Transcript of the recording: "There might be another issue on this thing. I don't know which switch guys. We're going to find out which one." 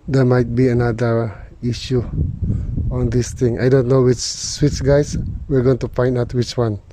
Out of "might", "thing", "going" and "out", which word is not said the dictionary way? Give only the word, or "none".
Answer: thing